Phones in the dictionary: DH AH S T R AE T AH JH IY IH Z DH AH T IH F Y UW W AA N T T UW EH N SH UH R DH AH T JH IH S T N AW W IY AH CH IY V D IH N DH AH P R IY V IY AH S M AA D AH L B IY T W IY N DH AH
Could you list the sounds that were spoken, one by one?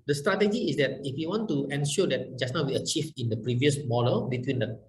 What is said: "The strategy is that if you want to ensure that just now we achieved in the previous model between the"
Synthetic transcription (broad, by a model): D AH S T R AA T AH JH IY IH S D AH T IH F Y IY W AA N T T UW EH N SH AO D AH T JH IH S N AW W IY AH CH IY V IH N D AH P R IY V IY AH S M AA D AH L B IY T W IY N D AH